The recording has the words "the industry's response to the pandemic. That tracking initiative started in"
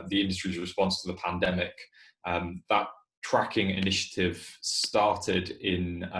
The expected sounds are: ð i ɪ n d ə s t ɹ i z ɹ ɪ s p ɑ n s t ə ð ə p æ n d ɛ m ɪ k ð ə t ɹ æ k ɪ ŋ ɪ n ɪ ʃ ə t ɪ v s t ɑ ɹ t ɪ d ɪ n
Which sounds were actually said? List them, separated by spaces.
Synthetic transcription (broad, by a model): ð i ɪ n d ə s t ɹ i z ɹ ɪ s p ɑ n s t ə ð ə p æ n d ɛ m ɪ k ð ə t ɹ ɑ k ɪ ŋ ɪ n ɪ ʃ ə t ɪ v s t ɑ t ɪ d ɪ n